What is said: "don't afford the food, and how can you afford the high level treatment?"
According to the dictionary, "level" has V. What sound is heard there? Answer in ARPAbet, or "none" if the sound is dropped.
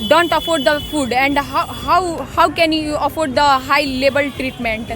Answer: B